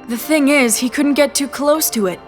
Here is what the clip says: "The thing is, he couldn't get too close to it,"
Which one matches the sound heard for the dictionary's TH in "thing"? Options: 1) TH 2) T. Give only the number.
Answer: 1